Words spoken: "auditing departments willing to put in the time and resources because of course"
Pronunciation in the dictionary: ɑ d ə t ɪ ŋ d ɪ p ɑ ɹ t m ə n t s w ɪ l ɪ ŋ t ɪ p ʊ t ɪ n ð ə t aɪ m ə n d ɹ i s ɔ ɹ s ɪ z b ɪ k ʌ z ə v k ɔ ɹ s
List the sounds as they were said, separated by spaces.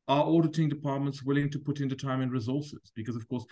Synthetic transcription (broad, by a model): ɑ d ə t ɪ ŋ d ɪ p ɑ ɹ t m ə n t s w ɪ l ɪ ŋ t ɪ p ʊ t ɪ n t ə t aɪ m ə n ɹ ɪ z ɔ ɹ s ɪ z b ɪ k ʌ z ə v k ɔ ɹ s